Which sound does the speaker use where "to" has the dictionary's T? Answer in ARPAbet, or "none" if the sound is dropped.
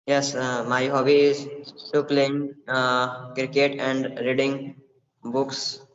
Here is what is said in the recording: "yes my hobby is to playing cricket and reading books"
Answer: S